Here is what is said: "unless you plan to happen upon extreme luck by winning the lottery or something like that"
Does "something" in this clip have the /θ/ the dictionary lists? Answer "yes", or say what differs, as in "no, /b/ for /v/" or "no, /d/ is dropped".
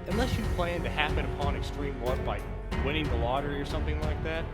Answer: yes